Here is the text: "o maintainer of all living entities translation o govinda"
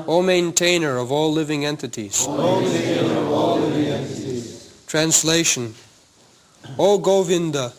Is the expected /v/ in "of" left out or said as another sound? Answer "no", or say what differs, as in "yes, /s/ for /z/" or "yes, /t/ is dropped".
no